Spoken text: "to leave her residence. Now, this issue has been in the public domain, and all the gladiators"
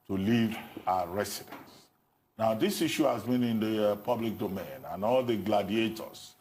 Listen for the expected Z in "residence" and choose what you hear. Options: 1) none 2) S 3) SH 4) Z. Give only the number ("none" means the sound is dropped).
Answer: 2